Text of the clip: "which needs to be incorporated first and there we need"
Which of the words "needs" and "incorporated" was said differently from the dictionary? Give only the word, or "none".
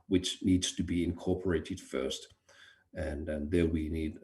none